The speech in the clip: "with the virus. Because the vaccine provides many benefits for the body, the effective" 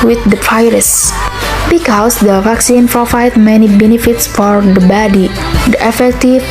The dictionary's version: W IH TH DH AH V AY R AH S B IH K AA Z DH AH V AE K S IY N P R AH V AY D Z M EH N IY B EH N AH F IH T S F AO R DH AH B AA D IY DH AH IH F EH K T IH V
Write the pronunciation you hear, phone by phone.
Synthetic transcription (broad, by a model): W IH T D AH P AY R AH S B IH K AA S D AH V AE K S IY N P R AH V AY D M EH N IY B EH N AH F IH T S F AO R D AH B AA D IY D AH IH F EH K T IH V